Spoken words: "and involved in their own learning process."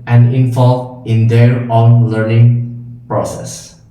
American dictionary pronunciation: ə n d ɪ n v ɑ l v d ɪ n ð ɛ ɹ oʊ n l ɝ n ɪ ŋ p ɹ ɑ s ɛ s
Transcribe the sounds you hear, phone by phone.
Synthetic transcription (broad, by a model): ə n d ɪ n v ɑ l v ɪ n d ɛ ɹ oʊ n l ɝ n ɪ ŋ p ɹ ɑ s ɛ s